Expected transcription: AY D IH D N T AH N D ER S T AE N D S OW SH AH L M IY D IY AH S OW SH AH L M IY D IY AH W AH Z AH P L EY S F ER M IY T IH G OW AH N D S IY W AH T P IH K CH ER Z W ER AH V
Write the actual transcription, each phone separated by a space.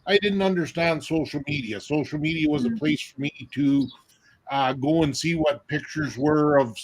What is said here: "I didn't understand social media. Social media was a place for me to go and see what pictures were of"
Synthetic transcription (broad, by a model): AY D IH D N T AH N D ER S T AE N D S OW SH L M IY D IY AH S OW SH L M IY D IY AH W AH Z AH P L EY S F ER M IY T IH G OW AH N S IY W AH T P IH K CH ER Z W ER AH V